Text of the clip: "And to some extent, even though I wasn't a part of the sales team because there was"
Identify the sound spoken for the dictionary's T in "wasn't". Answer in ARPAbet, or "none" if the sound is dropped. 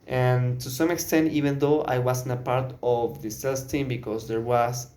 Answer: none